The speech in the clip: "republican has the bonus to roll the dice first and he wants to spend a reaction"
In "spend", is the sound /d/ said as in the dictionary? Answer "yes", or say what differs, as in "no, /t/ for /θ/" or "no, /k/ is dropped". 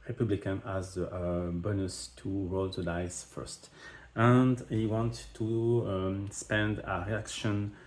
yes